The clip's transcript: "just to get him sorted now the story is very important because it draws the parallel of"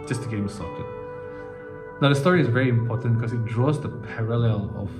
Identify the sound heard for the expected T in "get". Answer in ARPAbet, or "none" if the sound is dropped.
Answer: none